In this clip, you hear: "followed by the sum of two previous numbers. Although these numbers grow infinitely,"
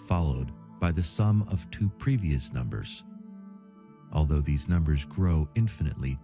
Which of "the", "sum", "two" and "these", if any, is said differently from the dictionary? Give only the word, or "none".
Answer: none